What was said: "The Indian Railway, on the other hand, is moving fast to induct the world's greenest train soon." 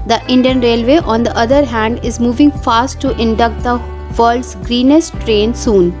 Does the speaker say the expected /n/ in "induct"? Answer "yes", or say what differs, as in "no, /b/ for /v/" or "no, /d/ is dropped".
yes